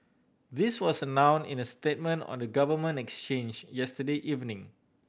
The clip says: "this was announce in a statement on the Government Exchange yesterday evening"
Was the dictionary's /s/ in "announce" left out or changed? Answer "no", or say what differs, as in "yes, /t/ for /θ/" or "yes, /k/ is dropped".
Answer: yes, /s/ is dropped